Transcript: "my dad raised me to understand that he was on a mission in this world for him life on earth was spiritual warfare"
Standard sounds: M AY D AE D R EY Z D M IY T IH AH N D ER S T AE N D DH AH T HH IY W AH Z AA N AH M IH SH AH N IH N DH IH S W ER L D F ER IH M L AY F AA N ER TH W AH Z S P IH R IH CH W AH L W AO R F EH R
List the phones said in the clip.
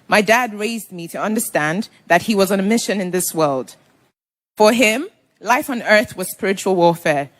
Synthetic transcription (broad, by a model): M AY D AE D R EY Z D M IY T IH AH N D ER S T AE N DH AH T HH IY W AH Z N AH M IH SH AH N IH N DH IH S W ER L D F ER IH M L AY F N ER TH W AH Z S P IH R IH CH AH L W AO R F EH R